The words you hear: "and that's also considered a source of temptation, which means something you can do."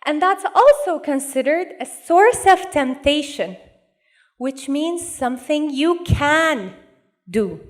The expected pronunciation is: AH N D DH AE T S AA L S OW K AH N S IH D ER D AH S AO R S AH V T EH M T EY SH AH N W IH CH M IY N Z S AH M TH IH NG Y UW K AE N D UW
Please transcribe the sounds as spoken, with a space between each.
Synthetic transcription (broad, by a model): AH N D DH AE T S AA L S OW K AH N S IH D ER D AH S AO R S AH V T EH M T EY SH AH N W IH CH M IY N Z S AH M TH IH NG Y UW K AE N D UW